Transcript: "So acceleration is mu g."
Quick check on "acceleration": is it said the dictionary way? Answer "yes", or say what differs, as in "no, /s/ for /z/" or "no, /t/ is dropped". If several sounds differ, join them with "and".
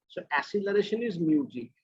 no, /k/ is dropped